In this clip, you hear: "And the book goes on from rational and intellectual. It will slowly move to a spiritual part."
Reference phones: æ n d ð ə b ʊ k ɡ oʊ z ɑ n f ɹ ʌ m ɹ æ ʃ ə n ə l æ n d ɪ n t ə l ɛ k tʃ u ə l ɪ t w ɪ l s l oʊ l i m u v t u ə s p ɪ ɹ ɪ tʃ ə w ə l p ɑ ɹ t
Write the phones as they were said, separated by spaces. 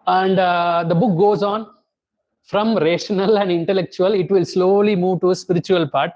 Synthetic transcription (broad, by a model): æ n d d ə b ʊ k ɡ oʊ z ɑ n f ɹ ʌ m ɹ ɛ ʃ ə n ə l æ n d ɪ n t ə l ɛ k tʃ u ə l ɪ t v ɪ l s l oʊ l i m u v t u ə s p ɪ ɹ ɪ tʃ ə ə l p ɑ ɹ t